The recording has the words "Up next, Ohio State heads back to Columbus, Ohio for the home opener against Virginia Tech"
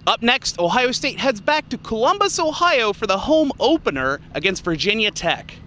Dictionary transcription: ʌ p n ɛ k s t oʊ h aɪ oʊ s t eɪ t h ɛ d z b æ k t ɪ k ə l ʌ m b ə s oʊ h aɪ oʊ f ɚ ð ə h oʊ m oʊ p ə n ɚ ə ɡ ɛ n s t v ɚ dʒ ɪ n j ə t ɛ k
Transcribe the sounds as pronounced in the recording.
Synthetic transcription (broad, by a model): ʌ p n ɛ k s t oʊ h aɪ oʊ s t eɪ t h ɛ d z b æ k t ɪ k ə l ʌ m b ə s oʊ h aɪ oʊ f ɚ ð ə h oʊ m oʊ p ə n ɚ ə ɡ ɛ n s t v ɚ dʒ ɪ n j ə t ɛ k